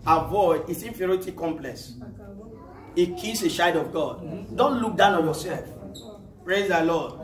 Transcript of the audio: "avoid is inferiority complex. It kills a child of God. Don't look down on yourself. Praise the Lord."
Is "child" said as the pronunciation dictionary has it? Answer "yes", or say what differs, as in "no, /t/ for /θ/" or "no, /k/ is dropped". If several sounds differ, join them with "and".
no, /ʃ/ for /tʃ/ and /l/ is dropped